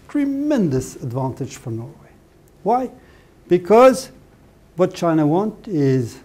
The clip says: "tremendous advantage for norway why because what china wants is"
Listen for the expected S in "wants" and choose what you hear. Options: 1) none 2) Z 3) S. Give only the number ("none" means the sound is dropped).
1